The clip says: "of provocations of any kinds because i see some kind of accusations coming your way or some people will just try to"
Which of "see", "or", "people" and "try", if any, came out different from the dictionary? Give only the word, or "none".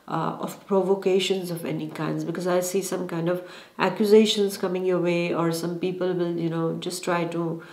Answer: none